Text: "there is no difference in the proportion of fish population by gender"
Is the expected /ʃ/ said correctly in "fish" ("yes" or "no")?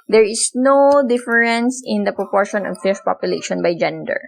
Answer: no